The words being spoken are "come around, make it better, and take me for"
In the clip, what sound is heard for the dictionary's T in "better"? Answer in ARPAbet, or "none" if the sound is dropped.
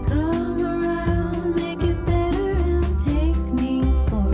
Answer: T